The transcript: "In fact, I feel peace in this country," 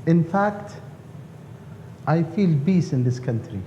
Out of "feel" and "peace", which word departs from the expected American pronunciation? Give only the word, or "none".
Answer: peace